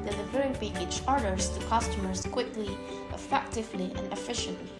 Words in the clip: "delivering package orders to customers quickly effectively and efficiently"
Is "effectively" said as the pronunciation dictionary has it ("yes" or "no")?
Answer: yes